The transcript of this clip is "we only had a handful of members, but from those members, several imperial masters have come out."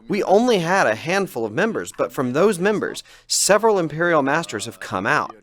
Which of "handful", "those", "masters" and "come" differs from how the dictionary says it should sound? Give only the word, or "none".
none